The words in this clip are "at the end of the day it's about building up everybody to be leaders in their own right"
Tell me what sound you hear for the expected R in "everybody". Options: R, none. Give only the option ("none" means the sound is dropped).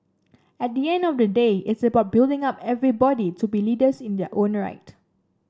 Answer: R